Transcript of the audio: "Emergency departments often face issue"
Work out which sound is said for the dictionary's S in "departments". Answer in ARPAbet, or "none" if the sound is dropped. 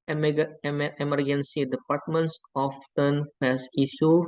S